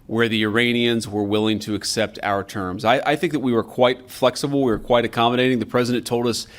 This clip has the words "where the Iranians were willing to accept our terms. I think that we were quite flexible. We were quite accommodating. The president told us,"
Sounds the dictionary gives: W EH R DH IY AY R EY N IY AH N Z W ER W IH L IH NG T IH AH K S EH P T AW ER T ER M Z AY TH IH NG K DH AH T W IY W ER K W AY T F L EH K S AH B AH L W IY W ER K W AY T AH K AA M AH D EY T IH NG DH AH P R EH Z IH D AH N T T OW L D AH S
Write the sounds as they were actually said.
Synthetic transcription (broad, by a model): W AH R DH IY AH R EY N IY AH N Z W ER W IH L IH NG T IH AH K S EH P T AW ER T ER M Z AY TH IH NG K DH AH T W IY W ER K W AY T F L EH K S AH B L W IY W ER K W AY T AH K AA M AH D EY T IH NG DH AH P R EH Z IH D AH N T T OW L D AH S